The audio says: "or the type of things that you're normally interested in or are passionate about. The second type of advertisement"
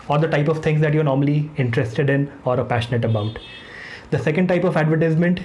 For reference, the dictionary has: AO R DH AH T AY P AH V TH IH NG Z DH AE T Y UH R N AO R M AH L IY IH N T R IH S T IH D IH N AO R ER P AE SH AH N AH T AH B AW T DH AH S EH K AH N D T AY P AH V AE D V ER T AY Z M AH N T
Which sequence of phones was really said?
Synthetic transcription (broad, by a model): AO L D AH T AY P AH V T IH NG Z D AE T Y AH R N AO R M AH L IY IH N T R IH S T IH D IH N AO R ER P AE SH AH N AH T AH B AW T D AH S EH K AH N D T AY P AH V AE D V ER T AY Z M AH N T